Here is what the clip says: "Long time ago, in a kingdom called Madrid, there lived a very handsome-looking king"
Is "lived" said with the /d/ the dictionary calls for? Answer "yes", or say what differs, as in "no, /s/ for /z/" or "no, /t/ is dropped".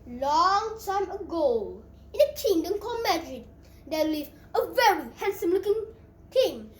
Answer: no, /d/ is dropped